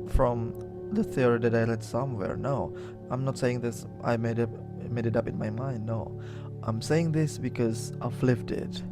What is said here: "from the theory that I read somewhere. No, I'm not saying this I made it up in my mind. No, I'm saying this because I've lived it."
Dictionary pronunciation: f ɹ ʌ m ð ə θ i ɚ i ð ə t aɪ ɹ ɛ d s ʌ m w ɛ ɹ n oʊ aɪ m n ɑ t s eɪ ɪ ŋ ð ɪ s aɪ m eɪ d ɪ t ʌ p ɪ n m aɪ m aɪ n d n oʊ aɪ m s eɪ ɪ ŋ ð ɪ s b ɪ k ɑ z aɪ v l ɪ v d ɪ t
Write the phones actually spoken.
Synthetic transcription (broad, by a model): f ɹ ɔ m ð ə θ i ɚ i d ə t aɪ l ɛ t s ʌ m w ɛ ɹ n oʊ aɪ m n ɑ t s eɪ ɪ ŋ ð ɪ s aɪ m eɪ d ɪ t ʌ p ɪ n m aɪ m aɪ n d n oʊ aɪ m s eɪ ɪ ŋ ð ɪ s b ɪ k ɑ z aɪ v l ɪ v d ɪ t